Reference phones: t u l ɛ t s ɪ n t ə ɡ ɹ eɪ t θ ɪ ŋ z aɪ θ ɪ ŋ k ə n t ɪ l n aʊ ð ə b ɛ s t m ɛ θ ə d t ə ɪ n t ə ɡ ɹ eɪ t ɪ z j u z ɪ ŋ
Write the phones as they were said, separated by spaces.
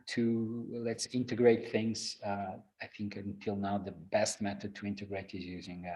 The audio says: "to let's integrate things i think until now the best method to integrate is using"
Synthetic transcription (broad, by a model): t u l ɛ t s ɪ n t ə ɡ ɹ eɪ t θ ɪ ŋ z aɪ θ ɪ ŋ k ə n t ɪ l n aʊ ð ə b ɛ s t m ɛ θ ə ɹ t ə ɪ n t ə ɡ ɹ eɪ t ɪ z j u z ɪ ŋ